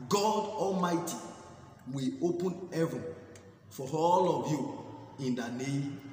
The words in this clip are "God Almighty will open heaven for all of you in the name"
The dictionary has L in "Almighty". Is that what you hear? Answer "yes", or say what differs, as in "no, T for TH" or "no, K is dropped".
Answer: yes